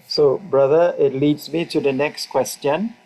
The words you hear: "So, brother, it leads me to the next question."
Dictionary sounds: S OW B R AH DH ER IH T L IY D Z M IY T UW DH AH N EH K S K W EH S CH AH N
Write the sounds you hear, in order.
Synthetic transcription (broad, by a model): S OW B R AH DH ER IH T L IY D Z M IY T UW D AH N EH K S K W EH S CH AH N